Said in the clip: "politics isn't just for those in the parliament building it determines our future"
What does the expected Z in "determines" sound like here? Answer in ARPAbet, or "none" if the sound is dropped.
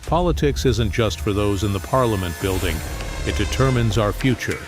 Z